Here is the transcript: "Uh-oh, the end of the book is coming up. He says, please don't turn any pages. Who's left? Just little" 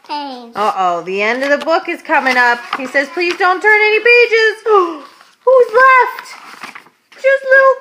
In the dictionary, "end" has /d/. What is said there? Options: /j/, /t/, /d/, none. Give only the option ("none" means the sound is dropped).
/d/